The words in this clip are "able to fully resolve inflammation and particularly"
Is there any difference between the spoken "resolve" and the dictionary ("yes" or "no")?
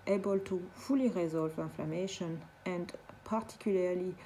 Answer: no